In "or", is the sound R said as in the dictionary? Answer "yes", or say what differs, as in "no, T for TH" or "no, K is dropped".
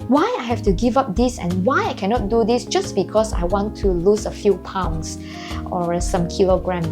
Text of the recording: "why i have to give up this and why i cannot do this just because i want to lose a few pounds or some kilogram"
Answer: yes